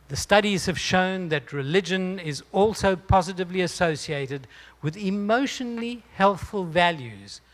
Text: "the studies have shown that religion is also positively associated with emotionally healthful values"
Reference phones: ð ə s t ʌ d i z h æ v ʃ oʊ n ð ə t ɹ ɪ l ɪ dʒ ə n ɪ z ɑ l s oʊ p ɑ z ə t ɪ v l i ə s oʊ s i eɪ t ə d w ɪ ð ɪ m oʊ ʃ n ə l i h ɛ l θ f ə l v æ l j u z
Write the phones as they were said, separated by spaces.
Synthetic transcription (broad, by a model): ð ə s t ʌ d i z h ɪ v ʃ oʊ n ð ə t ɹ ɪ l ɪ dʒ ə n ɪ z ɑ l s oʊ p ɑ z ə t ɪ v l i ə s oʊ s i eɪ t ə d w ɪ ð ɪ m oʊ ʃ n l l i h ɛ l θ f ə l v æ l j u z